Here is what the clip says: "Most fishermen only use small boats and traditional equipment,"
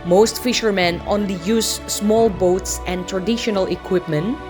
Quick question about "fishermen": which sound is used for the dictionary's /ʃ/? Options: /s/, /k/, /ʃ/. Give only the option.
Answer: /ʃ/